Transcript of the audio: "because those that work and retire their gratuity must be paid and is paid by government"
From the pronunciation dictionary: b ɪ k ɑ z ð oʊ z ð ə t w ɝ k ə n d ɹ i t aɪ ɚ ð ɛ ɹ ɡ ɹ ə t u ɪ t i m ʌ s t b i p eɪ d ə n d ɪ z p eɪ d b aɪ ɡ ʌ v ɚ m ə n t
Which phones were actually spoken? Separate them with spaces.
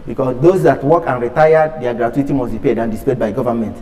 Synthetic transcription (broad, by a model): b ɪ k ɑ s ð oʊ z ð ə t w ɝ k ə n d ɹ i t aɪ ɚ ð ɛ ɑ ɡ ɹ ə t u ɪ t i m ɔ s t b i p eɪ d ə n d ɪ s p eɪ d b aɪ ɡ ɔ v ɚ m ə n t